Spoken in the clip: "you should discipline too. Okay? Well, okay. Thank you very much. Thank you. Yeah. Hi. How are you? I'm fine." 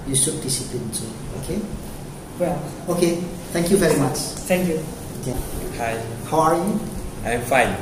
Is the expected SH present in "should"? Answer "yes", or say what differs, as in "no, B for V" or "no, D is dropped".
no, S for SH